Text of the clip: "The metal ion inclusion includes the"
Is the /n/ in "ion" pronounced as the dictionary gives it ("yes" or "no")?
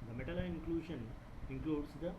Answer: no